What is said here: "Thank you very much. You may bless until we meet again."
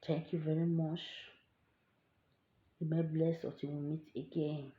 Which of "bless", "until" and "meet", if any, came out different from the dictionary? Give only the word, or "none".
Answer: until